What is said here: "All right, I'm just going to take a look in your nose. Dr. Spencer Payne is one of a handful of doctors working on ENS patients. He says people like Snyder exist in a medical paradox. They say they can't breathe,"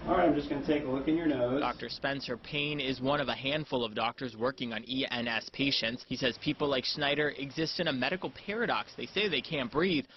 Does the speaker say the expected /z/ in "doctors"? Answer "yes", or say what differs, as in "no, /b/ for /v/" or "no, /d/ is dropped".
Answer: yes